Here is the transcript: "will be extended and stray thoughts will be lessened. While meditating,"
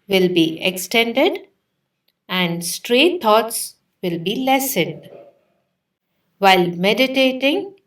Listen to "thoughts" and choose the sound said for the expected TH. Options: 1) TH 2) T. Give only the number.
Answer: 2